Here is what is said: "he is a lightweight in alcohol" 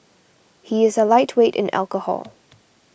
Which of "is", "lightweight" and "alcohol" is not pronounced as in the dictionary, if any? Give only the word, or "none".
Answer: none